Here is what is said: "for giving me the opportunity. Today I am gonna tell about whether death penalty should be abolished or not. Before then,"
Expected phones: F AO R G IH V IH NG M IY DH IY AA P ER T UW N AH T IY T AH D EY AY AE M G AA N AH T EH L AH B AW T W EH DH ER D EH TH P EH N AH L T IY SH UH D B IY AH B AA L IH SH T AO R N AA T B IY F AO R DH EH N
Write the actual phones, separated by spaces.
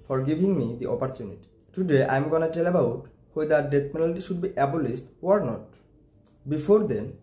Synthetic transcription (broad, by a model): F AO R G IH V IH NG M IY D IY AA P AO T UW N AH T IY T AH D EY AY M G AA N AH T EH L AH B AW T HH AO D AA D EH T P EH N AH L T IY SH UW D B IY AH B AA L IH S T AO R N AA T B IY F AO R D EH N